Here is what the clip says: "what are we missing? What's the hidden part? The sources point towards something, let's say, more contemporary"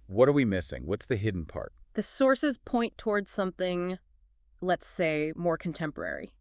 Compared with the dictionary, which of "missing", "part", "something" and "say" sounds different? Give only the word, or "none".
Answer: none